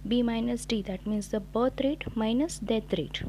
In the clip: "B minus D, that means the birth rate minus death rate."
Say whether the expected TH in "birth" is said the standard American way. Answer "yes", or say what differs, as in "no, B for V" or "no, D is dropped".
no, T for TH